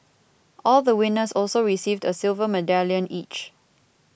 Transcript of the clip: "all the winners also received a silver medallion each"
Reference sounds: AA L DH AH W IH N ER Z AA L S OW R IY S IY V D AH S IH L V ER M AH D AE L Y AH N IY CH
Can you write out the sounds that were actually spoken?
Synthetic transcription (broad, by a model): AA L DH AH W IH N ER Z AA L S OW R IY S IY V D AH S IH L V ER M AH D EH L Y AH N IY CH